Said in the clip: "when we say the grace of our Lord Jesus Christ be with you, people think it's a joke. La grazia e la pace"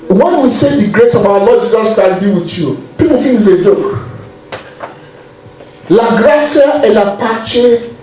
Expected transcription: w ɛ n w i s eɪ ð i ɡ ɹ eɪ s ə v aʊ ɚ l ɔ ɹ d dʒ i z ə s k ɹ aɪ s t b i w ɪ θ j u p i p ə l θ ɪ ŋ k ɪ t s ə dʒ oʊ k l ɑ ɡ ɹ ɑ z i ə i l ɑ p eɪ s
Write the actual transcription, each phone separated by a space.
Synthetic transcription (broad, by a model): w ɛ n w i s eɪ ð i ɡ ɹ eɪ s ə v aʊ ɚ l ɔ d dʒ i z ə s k aɪ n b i w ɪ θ j u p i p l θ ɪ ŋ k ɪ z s ə dʒ oʊ k l ɑ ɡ ɹ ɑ s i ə l ɑ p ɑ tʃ